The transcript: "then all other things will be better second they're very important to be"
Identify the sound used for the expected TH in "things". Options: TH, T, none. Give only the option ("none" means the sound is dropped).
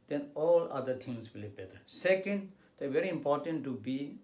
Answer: T